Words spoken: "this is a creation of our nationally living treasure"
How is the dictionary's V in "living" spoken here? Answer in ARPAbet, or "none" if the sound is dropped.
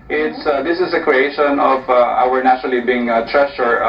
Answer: none